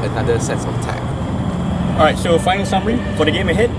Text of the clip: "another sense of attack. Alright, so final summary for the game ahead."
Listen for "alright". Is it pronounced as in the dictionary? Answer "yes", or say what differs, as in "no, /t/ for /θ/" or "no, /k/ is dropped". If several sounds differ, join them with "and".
no, /l/ is dropped